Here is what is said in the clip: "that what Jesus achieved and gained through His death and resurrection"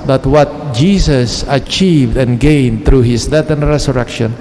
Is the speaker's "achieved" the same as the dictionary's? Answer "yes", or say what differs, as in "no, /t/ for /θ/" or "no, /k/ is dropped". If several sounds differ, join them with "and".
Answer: yes